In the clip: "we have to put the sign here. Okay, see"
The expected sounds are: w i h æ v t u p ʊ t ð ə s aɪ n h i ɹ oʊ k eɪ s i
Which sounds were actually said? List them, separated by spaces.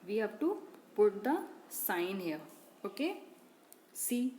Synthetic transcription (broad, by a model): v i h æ b t u p ʊ t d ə s aɪ n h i oʊ k eɪ s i